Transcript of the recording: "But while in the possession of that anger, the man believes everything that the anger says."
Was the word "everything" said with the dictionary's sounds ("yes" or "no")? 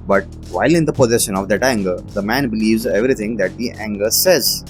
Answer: no